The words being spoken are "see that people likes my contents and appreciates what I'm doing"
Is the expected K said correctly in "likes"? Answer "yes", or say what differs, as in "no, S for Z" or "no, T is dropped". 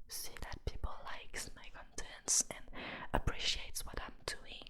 yes